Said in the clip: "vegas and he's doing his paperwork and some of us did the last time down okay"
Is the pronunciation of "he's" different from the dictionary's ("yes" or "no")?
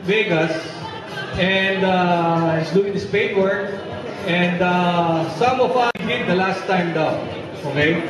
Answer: yes